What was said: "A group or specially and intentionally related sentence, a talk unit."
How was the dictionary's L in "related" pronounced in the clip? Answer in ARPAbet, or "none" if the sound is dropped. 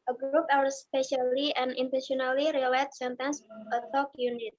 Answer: none